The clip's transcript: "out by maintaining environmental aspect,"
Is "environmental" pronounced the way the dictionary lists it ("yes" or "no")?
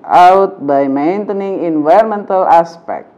no